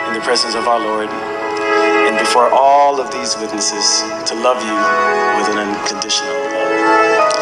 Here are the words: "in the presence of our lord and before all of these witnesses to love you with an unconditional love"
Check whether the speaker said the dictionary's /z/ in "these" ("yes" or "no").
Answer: yes